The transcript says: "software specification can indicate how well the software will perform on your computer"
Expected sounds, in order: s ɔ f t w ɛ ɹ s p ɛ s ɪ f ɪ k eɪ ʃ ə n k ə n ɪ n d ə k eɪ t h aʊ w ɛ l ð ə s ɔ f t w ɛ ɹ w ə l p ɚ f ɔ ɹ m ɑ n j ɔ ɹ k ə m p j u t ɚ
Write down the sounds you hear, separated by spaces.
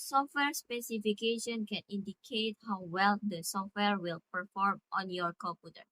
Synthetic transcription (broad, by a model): s ɔ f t w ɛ ɹ s p ɛ s ɪ f ɪ k eɪ ʃ ə n k ə n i n d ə k eɪ t h aʊ w ɛ l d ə s ɔ f t w ɛ ɹ w ə l p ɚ f ɔ ɹ m ɑ n j ɔ ɹ k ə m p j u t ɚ